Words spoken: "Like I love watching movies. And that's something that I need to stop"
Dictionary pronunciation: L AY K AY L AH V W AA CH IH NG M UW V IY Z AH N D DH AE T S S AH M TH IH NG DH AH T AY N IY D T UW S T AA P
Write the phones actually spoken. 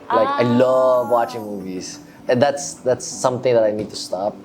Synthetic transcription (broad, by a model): L AY K AY L AH V W AA CH IH NG M UW V IY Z AH N D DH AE T S S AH M T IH NG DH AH T AY N IY D T UW S T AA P